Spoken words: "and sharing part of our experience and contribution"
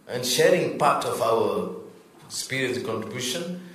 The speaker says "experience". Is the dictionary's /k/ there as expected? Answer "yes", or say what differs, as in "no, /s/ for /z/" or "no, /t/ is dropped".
no, /k/ is dropped